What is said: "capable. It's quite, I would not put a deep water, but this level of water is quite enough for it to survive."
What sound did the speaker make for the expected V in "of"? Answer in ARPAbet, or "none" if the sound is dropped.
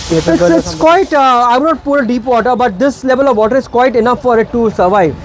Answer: V